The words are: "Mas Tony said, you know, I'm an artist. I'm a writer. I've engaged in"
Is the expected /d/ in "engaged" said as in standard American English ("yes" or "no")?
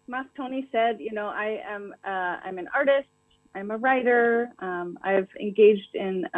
yes